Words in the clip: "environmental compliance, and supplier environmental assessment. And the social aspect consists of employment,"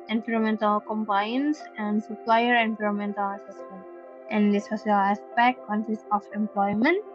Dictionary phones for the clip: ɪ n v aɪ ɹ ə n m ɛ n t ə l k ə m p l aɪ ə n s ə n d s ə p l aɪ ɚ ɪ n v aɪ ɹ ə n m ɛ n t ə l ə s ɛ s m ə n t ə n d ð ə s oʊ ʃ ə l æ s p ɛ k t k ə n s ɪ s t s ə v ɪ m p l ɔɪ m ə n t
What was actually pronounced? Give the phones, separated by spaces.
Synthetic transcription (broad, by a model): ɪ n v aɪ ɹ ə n m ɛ n t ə l k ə m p aɪ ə n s ə n d s ə p l aɪ ɚ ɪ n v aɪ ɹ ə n m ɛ n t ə l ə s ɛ s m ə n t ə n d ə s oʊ s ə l æ s p ɛ k t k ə n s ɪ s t ə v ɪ m p l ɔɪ m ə n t